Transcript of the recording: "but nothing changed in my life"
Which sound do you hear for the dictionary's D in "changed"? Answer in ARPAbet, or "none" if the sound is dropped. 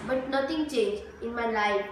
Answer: none